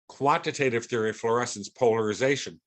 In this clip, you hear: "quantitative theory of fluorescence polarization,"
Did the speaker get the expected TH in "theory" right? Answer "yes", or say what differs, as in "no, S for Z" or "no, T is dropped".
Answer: yes